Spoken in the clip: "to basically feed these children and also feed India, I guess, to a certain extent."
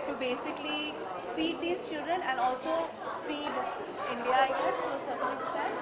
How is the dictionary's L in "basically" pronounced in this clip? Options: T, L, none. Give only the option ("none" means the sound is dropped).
L